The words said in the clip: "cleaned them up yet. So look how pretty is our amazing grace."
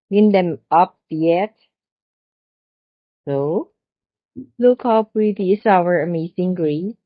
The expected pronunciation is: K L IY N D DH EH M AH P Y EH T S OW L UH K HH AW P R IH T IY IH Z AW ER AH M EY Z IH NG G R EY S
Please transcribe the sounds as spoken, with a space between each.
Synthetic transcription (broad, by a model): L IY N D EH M AH P Y EH T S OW L UH K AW P W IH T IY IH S AW ER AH M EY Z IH NG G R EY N